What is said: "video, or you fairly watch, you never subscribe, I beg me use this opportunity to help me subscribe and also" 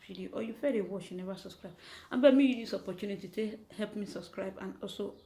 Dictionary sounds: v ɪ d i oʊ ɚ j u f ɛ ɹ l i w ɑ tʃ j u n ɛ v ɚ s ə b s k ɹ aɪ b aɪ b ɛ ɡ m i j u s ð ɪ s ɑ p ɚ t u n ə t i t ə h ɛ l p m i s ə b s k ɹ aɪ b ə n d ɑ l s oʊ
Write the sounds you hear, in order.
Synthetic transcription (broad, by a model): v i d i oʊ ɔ j u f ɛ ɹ i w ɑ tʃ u n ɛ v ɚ s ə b s k ɹ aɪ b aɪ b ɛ m i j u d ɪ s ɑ p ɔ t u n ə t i t ə h ɛ l p m i s ə b s k ɹ aɪ b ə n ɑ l s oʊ